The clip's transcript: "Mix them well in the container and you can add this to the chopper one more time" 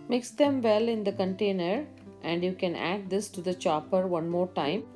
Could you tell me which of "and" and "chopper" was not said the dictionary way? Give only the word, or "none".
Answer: none